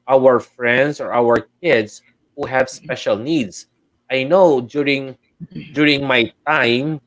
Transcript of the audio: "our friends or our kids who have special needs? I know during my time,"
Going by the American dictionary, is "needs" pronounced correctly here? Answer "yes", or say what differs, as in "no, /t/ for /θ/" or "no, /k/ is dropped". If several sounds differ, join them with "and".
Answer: no, /s/ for /z/